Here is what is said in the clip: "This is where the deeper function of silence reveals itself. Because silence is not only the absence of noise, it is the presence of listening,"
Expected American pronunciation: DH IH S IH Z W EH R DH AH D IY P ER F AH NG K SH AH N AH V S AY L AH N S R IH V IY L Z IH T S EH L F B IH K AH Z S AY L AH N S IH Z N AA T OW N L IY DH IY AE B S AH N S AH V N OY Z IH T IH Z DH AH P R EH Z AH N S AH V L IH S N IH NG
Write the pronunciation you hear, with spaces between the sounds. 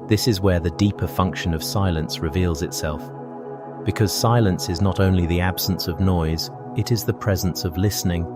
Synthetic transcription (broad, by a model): DH IH S IH Z W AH R DH AH D IY P ER F AH NG K SH AH N AH V S AY L AH N S R IH V IY L Z IH T S EH L F B IH K AH Z S AY L AH N S IH Z N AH T OW N L IY DH IY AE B S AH N S AH V N OY Z IH T IH Z DH AH P R EH Z AH N S AH V L IH S N IH NG